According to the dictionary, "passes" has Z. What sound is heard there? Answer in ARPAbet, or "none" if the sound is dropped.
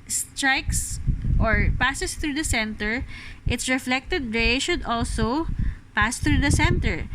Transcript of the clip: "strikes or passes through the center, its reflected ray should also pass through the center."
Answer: S